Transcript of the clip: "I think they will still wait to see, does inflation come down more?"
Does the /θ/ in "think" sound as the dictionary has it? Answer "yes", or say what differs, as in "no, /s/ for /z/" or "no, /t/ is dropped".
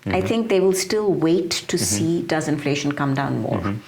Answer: no, /t/ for /θ/